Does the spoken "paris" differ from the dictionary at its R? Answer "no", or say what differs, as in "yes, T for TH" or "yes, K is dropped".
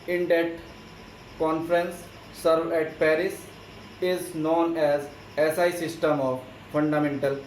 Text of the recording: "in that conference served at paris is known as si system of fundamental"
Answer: no